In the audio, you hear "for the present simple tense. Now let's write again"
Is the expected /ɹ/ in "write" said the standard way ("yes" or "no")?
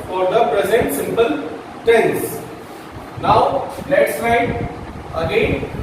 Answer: no